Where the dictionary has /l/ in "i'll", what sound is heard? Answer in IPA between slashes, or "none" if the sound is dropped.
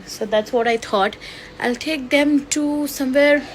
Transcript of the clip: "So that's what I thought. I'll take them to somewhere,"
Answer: /l/